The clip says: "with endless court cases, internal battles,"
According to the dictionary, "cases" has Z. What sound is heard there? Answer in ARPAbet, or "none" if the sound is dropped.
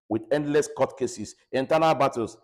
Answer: S